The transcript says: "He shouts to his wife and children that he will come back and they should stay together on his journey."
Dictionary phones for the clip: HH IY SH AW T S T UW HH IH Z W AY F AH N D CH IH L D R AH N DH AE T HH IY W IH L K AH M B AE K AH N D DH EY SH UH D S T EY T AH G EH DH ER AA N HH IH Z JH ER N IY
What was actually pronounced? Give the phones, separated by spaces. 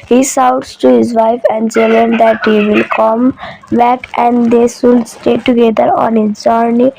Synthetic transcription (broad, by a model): HH IY S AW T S T UW HH IH Z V AY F AH N D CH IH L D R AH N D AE T HH IY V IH L K AH M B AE K AH N D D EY S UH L S T EY T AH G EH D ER AA N HH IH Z JH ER N IY